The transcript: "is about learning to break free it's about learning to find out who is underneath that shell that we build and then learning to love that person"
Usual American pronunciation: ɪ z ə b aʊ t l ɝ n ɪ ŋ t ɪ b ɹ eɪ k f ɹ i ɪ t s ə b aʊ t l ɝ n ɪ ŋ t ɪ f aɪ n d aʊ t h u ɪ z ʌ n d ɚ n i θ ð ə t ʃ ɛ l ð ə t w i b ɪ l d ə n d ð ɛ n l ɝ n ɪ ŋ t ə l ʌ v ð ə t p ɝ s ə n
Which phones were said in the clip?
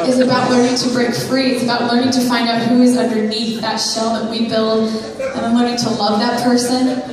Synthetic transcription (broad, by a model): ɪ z ə b aʊ t l ɝ n ɪ ŋ t ɪ b ɹ eɪ k f ɹ i ɪ t s ə b aʊ t l ɝ n ɪ ŋ t ɪ f aɪ n d aʊ t h u ɪ z ʌ n d ɚ n i θ ð ə t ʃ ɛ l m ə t w i b ɪ l d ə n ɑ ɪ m l ɝ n ɪ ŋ t ə l ʌ v ð ə t p ɝ s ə n